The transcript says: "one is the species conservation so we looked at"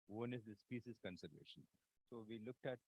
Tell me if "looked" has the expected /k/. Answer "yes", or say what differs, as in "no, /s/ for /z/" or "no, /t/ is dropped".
yes